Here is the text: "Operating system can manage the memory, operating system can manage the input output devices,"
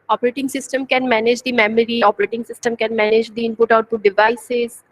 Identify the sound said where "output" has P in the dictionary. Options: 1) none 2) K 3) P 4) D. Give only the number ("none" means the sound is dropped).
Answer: 1